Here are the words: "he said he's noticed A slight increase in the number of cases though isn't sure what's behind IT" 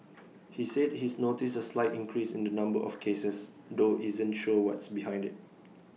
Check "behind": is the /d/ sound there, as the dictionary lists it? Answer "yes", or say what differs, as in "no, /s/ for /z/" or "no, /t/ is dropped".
yes